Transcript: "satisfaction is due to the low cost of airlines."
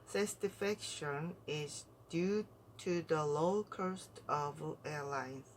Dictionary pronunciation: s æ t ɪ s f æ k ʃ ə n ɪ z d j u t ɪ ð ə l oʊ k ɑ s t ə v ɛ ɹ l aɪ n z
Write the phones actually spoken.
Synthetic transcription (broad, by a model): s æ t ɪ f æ k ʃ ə n ɪ z d j u t ɪ ð ə l oʊ k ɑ s t ə v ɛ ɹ l aɪ n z